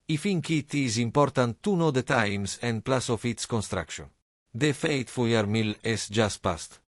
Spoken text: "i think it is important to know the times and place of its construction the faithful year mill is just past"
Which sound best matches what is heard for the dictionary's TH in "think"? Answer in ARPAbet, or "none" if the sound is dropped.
F